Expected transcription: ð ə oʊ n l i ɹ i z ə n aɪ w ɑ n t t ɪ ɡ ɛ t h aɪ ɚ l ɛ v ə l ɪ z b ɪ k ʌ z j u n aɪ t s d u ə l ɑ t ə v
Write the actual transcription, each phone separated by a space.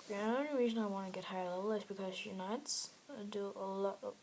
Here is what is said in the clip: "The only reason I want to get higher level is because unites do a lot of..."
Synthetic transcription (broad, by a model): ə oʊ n i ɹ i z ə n aɪ w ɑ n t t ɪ ɡ ɛ t h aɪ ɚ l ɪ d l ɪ s b ɪ k ʌ z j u n aɪ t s d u ə l ɑ t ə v